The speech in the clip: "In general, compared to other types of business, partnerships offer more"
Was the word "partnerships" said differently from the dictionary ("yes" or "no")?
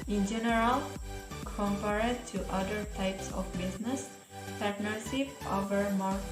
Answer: yes